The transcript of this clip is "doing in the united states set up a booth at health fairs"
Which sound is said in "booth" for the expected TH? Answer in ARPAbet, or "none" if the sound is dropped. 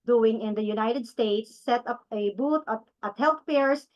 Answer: T